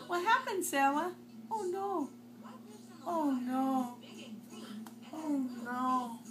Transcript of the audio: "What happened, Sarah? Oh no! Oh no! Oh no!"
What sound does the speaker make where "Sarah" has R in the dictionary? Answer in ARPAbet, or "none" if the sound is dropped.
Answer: W